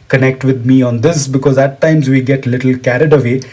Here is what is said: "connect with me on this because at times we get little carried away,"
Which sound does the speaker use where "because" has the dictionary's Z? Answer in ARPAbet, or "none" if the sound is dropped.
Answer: Z